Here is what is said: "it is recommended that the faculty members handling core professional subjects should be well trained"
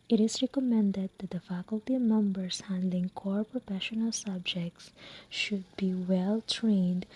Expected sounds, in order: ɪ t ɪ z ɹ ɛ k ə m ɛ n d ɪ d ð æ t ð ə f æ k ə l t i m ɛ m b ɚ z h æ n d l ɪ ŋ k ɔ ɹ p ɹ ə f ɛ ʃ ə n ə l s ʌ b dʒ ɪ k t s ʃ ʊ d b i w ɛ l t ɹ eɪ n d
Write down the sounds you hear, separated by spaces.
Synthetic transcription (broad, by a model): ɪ t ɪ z ɹ ɛ k ə m ɛ n d ɪ d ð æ t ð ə f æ k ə l t i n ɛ m b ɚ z h æ n d l ɪ ŋ k ɔ ɹ p ɹ ə f ɛ ʃ ə n ə l s ʌ b dʒ ɪ k t s ʃ ʊ d b i w ɛ l t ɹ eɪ n d